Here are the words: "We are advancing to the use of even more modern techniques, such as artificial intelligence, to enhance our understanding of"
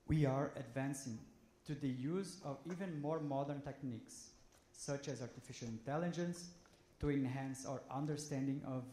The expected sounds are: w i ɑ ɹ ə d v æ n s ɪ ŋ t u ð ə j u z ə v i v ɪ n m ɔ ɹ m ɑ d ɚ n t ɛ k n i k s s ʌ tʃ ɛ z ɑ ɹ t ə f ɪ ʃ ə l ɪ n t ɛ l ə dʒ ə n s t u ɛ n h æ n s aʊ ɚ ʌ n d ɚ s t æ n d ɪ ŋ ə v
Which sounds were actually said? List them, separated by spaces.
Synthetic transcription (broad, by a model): w i ɑ ɹ ə d v æ n s ɪ ŋ t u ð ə j u z ə v i v ɪ n m ɔ ɹ m ɑ d ɚ n t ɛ k n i k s s ʌ tʃ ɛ z ɑ ɹ t ə f ɪ ʃ ə l ɪ n t ɛ l ə dʒ ə n s t u ɛ n h æ n s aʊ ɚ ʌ n d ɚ s t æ n d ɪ ŋ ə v